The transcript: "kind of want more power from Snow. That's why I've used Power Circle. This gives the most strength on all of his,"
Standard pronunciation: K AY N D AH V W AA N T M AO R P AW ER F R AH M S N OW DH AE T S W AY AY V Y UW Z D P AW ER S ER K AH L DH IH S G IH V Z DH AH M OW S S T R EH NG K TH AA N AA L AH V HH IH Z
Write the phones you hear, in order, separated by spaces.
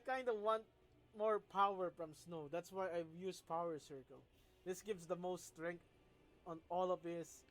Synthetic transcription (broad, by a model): K AY N D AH W AA N T M AO R P AW ER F R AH M S N OW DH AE T S W AY AY Y UW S P AW ER S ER K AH L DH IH S G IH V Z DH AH M OW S S T R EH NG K T AA N AA L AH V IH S